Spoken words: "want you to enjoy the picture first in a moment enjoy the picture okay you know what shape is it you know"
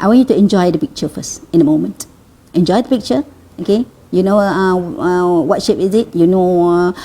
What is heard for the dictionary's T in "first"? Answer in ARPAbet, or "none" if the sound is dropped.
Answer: none